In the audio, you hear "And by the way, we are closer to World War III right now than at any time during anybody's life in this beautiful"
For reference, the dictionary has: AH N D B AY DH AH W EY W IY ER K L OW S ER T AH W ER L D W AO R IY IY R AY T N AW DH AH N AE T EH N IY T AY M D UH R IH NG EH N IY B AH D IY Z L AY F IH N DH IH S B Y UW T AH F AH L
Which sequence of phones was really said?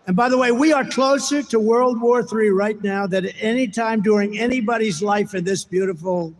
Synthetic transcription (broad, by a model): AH N B AY DH AH W EY W IY ER K L OW S ER T AH W ER L D W AO R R IY R AY T N AW DH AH T EH N IY T AY M D UH R IH NG EH N IY B AH D IY Z L AY F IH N DH IH S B Y UW T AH F L